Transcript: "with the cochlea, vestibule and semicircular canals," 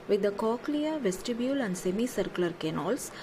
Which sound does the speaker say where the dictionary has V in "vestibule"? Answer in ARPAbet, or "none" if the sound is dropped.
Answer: V